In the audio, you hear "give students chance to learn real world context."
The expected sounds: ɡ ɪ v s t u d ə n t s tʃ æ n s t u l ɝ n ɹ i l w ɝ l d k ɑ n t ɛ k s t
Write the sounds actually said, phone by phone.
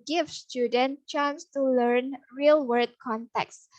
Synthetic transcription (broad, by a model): ɡ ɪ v s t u d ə n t tʃ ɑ n s t u l ɝ n ɹ i l w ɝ d k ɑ n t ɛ k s